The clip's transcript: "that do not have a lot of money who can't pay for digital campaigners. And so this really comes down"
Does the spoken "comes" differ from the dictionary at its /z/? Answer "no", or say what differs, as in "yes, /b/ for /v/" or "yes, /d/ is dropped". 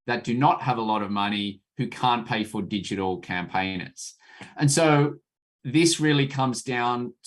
no